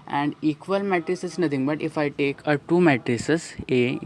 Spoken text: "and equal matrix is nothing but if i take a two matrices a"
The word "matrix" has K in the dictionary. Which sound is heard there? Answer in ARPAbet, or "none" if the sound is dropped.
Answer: none